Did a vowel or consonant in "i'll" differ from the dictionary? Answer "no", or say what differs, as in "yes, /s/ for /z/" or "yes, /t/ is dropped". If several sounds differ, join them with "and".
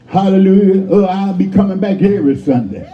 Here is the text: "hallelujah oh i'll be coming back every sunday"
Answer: no